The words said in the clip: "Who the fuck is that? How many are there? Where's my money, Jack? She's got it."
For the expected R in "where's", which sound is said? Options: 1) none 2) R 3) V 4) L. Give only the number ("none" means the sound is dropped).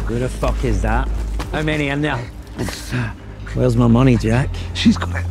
4